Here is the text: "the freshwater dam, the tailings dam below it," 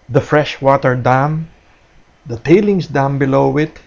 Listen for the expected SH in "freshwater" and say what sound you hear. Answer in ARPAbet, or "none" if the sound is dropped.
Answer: SH